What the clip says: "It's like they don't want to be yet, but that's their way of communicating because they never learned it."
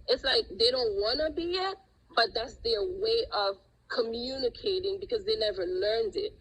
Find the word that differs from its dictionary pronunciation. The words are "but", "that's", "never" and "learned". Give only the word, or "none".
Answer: none